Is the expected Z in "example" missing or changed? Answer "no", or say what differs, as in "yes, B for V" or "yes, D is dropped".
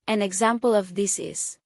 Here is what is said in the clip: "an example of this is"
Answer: no